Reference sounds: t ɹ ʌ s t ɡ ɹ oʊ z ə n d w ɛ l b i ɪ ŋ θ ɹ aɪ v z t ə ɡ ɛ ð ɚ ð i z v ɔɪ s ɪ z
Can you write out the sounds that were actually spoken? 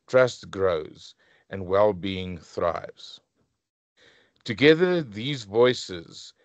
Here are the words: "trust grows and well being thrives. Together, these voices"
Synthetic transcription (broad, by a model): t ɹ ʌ s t ɡ ɹ oʊ z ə n w ɛ l b i ɪ ŋ θ ɹ aɪ v z t ə ɡ ɛ ð ɚ ð i z v ɔɪ s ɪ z